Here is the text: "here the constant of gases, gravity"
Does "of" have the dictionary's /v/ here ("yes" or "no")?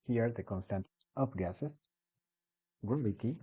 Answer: no